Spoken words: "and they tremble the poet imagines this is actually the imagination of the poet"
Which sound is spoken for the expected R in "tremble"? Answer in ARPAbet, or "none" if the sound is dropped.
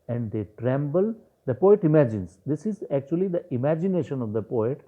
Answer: R